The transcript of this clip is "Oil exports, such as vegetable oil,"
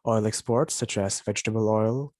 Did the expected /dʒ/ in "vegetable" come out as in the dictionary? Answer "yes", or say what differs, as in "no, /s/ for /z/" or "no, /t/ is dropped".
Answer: yes